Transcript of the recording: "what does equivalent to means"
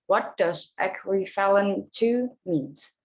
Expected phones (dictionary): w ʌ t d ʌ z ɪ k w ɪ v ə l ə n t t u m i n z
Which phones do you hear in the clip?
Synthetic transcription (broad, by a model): w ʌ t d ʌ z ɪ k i f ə l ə n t t u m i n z